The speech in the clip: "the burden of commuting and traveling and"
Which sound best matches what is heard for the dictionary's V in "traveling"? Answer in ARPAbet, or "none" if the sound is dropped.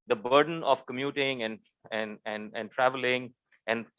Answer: V